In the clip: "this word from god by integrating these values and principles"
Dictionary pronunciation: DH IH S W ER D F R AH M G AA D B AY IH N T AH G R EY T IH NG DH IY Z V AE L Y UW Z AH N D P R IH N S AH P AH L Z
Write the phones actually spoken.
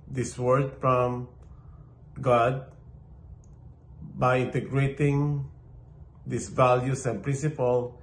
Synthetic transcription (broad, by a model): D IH S W ER D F R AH M G AA D B AY IH N T AH G R EY T IH NG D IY S V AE L Y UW S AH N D P R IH N S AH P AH L